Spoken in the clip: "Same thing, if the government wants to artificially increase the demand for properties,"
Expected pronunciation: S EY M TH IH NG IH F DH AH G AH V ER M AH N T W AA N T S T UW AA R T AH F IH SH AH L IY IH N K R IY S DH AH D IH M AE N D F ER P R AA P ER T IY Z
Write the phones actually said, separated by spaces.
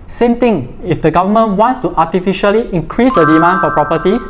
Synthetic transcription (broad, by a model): S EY M T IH NG IH F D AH G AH V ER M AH N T W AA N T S T UW AA T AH F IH SH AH L IY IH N K R IY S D AH D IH M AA N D F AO P R AA P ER T IY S